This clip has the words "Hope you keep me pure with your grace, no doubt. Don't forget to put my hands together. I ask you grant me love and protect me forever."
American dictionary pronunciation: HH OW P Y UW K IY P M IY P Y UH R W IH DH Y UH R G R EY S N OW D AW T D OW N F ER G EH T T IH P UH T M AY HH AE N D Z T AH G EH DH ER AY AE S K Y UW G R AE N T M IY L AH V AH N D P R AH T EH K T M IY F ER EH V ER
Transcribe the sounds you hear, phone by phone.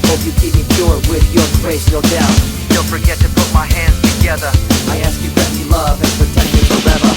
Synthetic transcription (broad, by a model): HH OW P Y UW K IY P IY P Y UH R W IH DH Y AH R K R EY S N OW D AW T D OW L F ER G EH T T IH P UH T M AY HH AE N D Z T AH G EH DH ER AY AE S K Y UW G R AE T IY L AH V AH N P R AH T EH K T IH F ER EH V ER